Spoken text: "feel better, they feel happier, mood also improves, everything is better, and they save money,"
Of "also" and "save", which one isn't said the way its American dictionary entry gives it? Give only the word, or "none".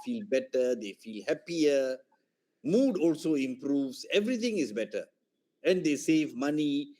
none